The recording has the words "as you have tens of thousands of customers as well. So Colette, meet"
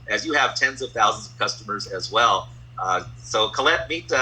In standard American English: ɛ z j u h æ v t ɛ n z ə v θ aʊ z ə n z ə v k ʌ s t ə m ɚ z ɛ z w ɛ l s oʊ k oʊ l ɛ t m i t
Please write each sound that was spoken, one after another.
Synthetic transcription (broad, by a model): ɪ z j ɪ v t ɛ n z ə v θ aʊ z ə n z ə v k ʌ s t ə m ɚ z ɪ z w ɛ l s oʊ k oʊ l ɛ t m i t